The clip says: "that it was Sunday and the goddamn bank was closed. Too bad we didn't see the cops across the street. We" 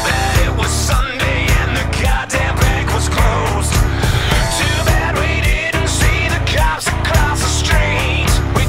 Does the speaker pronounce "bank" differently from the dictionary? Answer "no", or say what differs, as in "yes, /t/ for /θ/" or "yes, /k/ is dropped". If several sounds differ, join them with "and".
yes, /ŋ/ is dropped